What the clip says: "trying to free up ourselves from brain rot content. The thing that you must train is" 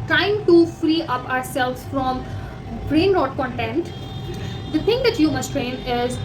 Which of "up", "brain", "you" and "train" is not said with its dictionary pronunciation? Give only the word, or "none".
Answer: none